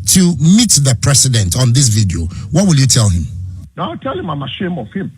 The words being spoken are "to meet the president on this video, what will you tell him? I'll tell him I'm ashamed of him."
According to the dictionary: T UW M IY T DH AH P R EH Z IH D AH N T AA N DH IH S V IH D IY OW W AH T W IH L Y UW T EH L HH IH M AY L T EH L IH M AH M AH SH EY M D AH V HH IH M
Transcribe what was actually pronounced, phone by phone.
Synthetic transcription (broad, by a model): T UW M IY T DH AH P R EH S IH D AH N T AA N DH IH S V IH D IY OW W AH T W IH L Y UW T EH L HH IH M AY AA T EH L IH M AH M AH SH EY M AH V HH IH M